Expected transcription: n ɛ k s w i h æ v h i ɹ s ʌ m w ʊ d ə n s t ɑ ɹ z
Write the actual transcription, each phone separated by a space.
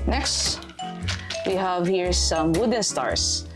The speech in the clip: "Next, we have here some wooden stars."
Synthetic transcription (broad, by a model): n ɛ k s w i h æ v h i ɹ s ʌ m w ʊ d ə n s t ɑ ɹ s